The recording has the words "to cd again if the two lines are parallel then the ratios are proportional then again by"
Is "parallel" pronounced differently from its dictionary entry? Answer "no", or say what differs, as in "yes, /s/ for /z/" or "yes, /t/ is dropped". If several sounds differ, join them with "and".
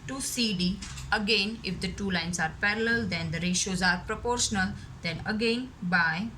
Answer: no